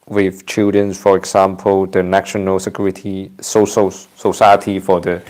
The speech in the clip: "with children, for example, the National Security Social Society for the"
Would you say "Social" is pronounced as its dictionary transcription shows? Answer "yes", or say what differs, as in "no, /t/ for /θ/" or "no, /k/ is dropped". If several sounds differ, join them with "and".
no, /s/ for /ʃ/